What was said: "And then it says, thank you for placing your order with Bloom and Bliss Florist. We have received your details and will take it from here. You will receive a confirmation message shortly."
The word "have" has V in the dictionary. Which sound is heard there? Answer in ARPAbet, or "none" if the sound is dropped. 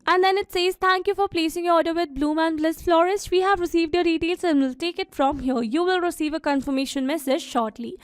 V